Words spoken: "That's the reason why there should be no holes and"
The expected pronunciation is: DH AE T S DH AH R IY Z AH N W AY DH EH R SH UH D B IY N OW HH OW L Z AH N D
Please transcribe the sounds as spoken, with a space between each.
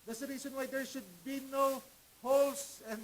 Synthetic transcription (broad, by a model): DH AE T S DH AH R IY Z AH N W AY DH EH R SH UH D B IY N OW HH OW L S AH N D